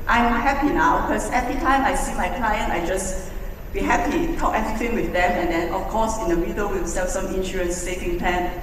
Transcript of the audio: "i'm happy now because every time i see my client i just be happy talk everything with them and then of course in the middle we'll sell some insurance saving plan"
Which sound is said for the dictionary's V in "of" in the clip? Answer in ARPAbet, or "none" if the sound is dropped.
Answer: F